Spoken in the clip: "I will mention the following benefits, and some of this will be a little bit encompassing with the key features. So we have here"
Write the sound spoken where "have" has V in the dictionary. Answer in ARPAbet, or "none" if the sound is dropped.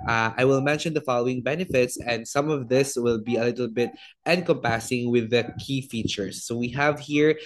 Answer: V